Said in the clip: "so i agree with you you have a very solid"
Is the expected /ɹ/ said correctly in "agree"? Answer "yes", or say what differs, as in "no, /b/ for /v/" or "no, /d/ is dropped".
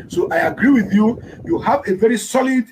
yes